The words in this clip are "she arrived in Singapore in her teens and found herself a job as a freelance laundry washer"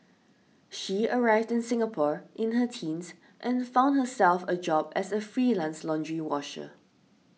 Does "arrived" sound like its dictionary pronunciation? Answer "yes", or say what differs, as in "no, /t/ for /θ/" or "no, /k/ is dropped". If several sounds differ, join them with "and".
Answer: yes